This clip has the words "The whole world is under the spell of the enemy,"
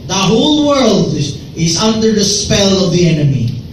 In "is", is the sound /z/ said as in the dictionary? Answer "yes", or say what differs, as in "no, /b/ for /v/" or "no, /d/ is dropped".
yes